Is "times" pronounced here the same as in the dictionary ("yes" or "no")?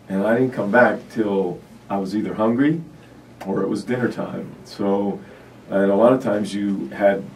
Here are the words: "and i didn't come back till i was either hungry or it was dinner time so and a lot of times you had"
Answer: yes